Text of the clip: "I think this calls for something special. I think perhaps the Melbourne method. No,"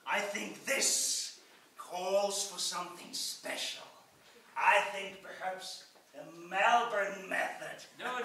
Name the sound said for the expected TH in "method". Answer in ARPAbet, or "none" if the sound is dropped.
TH